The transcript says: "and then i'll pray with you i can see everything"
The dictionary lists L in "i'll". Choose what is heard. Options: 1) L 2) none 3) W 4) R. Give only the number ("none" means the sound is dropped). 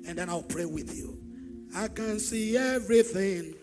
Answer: 1